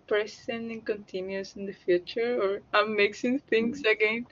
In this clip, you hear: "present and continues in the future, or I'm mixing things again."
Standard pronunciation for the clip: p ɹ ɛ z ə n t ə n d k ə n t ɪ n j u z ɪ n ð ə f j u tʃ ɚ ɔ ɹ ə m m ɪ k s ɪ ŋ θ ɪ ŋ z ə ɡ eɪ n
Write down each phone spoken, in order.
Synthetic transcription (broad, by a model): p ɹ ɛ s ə n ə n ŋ k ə n t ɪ n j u s ɪ n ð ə f j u tʃ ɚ ɔ ɹ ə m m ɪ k s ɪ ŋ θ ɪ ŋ s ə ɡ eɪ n